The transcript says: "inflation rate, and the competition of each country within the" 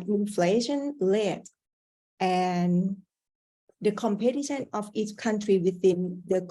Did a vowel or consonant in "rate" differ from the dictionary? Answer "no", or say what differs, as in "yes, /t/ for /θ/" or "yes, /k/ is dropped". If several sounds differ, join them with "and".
yes, /l/ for /ɹ/